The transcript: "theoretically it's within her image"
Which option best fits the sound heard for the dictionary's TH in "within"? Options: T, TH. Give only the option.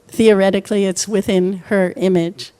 TH